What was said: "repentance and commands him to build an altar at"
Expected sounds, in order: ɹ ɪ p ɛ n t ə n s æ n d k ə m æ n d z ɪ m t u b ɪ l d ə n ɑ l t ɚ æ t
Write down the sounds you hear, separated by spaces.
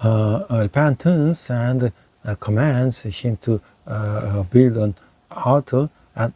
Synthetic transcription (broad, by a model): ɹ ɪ p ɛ n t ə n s æ n d k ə m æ n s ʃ ɪ m t u b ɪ l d ə n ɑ t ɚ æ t